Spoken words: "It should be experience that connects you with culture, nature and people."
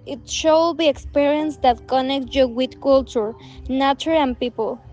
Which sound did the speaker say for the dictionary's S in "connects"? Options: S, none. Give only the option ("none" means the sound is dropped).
none